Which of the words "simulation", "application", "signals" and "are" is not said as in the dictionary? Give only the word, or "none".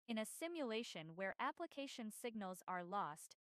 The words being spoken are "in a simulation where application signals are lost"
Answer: none